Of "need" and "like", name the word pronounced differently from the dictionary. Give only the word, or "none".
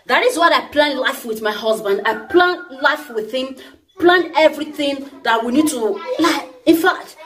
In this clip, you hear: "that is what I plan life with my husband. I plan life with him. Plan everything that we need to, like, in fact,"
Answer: like